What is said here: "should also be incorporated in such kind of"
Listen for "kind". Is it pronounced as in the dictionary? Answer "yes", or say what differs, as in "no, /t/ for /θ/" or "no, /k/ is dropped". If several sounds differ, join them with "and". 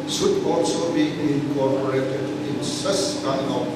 no, /d/ is dropped